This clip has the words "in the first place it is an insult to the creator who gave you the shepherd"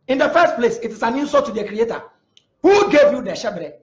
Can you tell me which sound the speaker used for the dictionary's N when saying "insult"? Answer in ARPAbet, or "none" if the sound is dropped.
none